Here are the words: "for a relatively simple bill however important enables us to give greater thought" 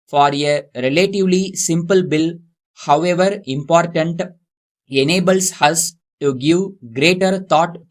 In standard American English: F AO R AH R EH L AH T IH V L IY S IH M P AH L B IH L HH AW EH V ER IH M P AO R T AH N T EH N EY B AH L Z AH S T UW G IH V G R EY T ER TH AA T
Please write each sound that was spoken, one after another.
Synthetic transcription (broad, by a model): F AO R AH R EH L AH T IH V L IY S IH M P AH L B IH L HH AW EH V ER IH M P AO R T AH N T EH N EY B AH L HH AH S T UW G IH V G R EY T ER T AA T